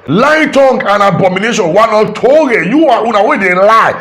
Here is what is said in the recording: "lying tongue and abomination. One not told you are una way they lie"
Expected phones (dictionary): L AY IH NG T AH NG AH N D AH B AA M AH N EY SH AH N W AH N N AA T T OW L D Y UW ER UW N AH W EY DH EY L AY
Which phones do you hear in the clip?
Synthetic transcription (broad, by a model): L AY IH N T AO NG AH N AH B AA M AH N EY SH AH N W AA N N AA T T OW D Y UW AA UW N AH W EY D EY L AY